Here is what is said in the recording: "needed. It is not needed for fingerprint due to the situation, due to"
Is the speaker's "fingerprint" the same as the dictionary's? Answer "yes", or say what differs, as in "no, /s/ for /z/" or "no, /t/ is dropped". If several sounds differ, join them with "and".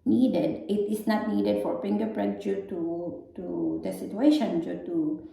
no, /p/ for /f/